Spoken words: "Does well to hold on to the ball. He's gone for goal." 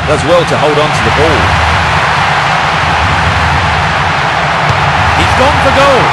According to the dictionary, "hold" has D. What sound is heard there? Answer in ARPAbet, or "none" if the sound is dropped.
D